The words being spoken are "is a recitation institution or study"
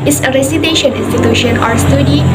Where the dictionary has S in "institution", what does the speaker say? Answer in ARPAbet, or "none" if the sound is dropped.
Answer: S